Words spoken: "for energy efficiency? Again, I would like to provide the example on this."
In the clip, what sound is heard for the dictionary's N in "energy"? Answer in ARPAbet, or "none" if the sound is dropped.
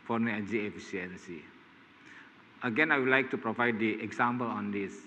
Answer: none